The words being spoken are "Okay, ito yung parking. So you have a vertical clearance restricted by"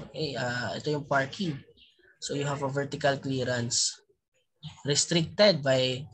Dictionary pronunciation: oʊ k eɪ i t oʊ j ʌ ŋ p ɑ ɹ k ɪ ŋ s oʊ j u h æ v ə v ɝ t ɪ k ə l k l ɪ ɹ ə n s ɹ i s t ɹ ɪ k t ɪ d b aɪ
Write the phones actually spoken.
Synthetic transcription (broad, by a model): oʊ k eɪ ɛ t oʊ j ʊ ŋ p ɑ ɹ k ɪ ŋ s oʊ j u h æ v ə v ɝ t ɪ k ə l k l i ɹ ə n s ɹ i s t ɹ ɪ k t ɪ d b aɪ